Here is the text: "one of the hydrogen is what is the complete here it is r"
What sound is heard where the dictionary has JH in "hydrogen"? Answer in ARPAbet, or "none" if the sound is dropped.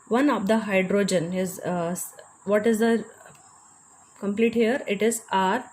JH